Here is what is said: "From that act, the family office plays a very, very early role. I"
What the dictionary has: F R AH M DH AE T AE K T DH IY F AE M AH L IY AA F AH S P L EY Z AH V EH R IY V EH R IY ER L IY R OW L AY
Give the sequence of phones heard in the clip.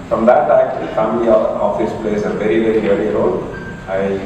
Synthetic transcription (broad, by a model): F R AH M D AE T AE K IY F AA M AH IY AA F AH S P L EY S AH V EH R IY V EH R IY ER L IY R OW L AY